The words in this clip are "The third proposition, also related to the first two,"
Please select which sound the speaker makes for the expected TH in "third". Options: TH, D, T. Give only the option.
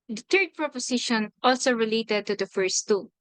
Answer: T